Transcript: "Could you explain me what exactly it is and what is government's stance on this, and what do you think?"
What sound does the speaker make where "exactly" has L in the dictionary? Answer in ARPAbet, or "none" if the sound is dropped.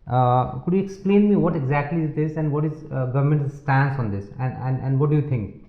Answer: L